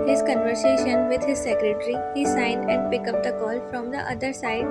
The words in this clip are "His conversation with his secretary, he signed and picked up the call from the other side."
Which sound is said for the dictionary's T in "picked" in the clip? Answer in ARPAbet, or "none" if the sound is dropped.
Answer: none